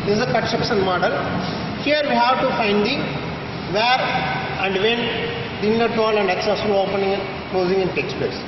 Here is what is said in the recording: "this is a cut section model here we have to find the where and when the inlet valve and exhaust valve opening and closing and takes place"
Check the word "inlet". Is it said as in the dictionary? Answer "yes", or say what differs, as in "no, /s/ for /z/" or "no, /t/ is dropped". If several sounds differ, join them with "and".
no, /l/ is dropped